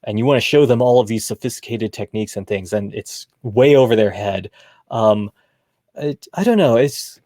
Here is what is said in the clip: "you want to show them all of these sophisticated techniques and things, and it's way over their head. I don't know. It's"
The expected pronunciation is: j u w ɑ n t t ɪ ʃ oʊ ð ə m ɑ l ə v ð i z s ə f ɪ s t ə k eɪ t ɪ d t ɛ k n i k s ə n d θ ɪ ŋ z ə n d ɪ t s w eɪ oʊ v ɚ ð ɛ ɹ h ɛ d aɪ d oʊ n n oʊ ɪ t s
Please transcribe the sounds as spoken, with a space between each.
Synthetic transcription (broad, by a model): j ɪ w ɑ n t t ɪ ʃ oʊ ð ə m ɑ l ə v ð i z s ə f ɪ s t ə k eɪ t ɪ d t ɛ k n i k s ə n θ ɪ ŋ z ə n ɪ t s w eɪ oʊ v ɚ ð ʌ ɹ h ɛ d aɪ d oʊ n n oʊ ɪ t s